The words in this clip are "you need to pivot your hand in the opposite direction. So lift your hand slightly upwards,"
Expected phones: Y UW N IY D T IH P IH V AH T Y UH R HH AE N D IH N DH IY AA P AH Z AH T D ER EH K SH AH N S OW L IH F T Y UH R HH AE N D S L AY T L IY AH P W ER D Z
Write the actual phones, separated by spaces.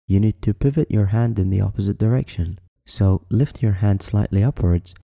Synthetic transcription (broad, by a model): Y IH N IY D T IH P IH V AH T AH R HH AE N D IH N DH IY AA P AH Z AH T D ER EH K SH AH N S OW L IH F T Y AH R HH AE N D S L AY T L IY AH P W ER D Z